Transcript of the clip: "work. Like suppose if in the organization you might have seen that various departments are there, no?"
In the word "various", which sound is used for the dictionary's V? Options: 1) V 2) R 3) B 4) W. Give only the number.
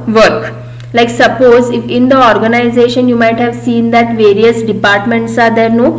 1